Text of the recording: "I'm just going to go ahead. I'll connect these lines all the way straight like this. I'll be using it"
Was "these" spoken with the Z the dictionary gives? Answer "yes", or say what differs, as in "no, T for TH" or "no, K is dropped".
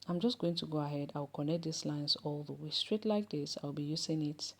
no, S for Z